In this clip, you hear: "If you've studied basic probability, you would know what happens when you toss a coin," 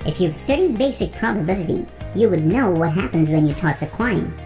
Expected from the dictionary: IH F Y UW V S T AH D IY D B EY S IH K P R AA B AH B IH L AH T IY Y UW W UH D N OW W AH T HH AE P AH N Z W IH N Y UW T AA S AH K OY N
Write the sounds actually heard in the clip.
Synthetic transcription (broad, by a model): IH F Y UW V S T AH D IY D B EY S IH K P R AA B AH B IH L AH T IY Y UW W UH D N OW W AH T HH AE P AH N Z W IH N Y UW T AA S AH K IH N